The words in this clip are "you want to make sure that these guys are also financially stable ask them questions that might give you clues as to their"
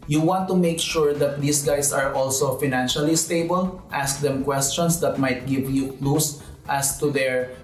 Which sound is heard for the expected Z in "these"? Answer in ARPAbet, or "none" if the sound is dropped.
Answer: S